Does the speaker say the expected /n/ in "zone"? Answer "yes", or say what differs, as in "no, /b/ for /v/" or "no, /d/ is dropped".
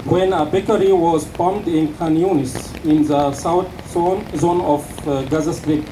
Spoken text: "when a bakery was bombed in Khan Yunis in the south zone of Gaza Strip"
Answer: yes